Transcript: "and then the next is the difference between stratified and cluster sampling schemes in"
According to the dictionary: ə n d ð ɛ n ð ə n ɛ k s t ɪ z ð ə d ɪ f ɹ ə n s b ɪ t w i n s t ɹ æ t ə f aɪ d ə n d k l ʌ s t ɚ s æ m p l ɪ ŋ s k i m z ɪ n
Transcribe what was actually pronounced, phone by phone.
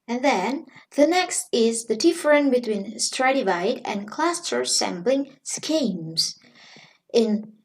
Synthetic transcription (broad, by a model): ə n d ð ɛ n ð ə n ɛ k s t ɪ z ð ə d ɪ f ɹ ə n b ɪ t w i n s t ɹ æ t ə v aɪ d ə n k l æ s t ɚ s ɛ m b l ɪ ŋ s k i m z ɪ n